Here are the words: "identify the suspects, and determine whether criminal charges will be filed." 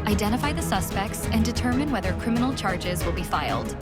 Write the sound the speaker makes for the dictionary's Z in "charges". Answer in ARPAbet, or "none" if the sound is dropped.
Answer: Z